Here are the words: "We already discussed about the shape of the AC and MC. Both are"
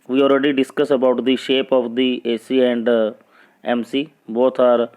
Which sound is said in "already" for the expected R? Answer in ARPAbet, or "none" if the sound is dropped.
R